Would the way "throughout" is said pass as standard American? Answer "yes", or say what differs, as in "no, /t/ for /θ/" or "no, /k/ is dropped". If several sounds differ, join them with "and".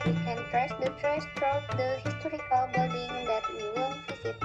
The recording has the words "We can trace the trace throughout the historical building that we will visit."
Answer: no, /t/ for /θ/